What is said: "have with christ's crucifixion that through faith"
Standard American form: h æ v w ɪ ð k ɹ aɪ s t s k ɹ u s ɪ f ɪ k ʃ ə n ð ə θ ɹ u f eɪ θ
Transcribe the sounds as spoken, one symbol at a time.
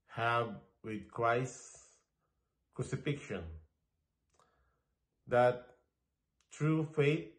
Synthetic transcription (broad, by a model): h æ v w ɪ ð k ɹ aɪ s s k ɹ u s ɪ f ɪ k ʃ ə n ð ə t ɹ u f eɪ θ